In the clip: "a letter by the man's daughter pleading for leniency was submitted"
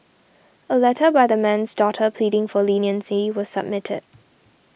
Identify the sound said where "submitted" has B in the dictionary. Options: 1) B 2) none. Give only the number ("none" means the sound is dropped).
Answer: 1